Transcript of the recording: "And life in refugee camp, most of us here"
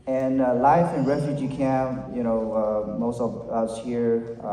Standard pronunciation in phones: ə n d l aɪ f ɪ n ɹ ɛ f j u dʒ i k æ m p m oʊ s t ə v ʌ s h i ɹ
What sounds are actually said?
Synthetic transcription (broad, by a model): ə n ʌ l aɪ f ɪ n ɹ ɛ f j u dʒ i k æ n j m oʊ s t ə v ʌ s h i ɹ